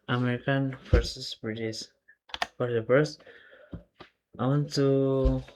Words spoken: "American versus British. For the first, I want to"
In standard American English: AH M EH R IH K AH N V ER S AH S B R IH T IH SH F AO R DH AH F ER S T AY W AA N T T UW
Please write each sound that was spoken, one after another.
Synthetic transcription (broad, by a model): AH M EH R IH K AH N F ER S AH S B R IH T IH S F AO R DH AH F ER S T AY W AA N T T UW